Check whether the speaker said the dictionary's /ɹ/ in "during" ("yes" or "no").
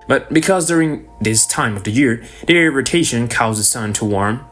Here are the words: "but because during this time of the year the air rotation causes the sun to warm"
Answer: yes